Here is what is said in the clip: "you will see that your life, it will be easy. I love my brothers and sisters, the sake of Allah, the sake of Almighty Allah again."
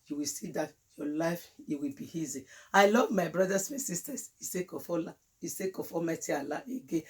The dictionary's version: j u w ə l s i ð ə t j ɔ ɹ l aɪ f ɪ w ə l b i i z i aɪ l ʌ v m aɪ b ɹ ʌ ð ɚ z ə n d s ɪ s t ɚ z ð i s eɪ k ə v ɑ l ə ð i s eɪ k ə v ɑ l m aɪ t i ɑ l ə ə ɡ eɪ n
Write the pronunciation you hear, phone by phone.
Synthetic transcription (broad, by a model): j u w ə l s i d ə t j ɔ l aɪ f ɪ w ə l b i i z i aɪ l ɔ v m aɪ b ɹ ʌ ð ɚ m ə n s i s t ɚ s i s eɪ k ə f ɑ l ə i s eɪ k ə f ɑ m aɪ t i ɑ l ə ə ɡ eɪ